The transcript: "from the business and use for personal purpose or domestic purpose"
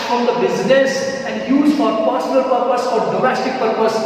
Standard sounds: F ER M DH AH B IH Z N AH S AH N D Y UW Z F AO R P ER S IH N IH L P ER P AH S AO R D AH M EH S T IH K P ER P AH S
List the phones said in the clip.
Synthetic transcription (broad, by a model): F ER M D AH B IH Z N AH S AH N D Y UW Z F AO R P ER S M L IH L P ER P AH S AO R D AH M EH S T IH K P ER P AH S